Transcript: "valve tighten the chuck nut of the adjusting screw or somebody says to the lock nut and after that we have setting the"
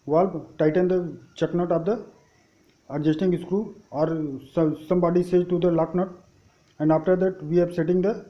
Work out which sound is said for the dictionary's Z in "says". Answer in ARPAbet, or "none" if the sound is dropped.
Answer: none